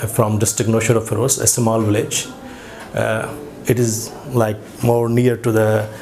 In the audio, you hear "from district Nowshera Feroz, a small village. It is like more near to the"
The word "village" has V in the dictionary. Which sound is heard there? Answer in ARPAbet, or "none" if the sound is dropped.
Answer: V